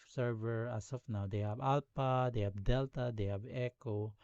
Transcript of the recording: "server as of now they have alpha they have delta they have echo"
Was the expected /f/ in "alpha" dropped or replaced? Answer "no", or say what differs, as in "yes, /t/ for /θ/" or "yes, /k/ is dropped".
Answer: yes, /p/ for /f/